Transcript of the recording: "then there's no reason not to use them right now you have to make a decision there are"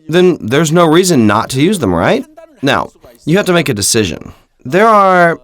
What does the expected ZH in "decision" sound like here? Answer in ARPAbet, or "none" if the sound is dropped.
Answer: ZH